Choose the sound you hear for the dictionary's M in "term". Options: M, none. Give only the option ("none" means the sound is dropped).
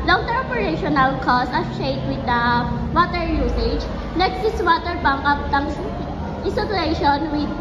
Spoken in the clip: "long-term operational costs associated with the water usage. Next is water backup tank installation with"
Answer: none